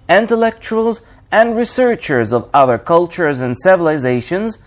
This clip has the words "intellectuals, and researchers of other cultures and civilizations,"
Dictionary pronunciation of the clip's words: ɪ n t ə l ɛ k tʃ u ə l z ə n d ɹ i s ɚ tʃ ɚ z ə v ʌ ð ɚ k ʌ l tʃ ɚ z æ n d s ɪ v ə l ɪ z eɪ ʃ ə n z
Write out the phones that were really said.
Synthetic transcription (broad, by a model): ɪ n t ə l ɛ k tʃ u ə l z ə n d ɹ i s ɚ tʃ ɚ z ə v ʌ ð ɚ k ʌ l tʃ ɚ z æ n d s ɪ v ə l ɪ z eɪ ʃ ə n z